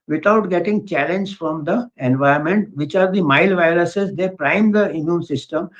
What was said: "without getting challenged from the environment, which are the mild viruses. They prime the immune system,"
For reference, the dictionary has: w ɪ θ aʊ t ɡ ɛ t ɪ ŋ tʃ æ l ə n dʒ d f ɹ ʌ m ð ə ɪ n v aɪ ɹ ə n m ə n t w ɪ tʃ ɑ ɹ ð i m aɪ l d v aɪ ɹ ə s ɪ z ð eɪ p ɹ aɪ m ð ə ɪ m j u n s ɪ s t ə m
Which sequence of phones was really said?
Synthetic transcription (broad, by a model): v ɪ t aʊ t ɡ ɛ t ɪ ŋ tʃ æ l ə n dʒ f ɹ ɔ m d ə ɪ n v aɪ ə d m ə n t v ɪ tʃ ɑ ɹ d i m aɪ l v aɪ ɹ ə s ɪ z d eɪ p ɹ aɪ m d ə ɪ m j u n s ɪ s t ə m